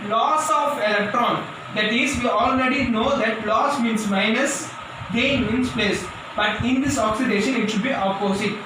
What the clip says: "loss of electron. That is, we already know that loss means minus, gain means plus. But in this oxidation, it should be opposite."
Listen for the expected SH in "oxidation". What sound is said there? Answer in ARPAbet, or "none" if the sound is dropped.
SH